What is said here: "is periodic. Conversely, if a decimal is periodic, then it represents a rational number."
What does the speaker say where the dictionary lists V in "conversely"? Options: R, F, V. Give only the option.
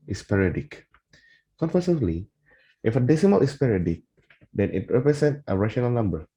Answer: F